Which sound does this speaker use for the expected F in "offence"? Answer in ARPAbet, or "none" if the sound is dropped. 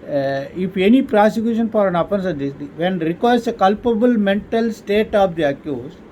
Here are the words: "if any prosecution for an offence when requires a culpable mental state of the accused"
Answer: P